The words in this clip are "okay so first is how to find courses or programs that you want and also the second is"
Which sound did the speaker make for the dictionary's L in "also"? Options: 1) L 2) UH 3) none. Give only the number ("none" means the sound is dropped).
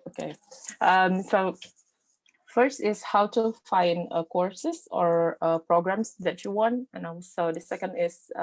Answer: 3